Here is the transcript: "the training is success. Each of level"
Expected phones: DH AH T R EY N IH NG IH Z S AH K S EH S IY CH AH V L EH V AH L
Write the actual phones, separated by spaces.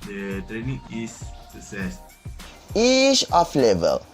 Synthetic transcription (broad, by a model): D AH T R EY N IH NG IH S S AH S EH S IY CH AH F L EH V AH L